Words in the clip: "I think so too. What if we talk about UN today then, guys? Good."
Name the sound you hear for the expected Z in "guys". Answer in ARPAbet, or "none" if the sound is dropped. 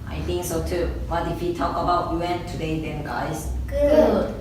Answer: S